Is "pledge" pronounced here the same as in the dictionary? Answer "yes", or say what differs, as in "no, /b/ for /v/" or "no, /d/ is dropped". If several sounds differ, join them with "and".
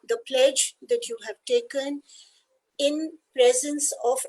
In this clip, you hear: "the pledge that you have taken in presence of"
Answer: yes